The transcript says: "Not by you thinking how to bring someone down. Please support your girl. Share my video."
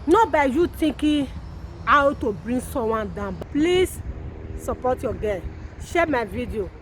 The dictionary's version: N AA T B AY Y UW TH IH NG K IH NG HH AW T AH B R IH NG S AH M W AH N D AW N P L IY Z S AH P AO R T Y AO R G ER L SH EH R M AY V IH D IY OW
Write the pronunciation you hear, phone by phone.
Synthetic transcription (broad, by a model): N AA B AY Y UW T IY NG K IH HH AW T AH B R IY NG S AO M W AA N D AW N P L IY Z S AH P AO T Y AO G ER N SH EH M AY V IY D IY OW